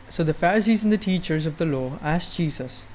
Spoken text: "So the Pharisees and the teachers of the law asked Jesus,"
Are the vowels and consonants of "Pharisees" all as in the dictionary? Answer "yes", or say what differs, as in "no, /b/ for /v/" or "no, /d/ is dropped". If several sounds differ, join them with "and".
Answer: yes